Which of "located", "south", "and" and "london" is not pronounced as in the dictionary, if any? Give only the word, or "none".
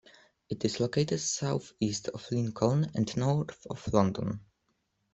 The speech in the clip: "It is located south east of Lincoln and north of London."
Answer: none